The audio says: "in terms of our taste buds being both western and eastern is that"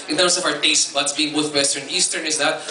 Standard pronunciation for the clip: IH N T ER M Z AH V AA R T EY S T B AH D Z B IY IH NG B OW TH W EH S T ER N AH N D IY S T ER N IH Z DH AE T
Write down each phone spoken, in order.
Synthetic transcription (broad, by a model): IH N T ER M S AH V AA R T EY S T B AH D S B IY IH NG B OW T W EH S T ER AH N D IY S T ER N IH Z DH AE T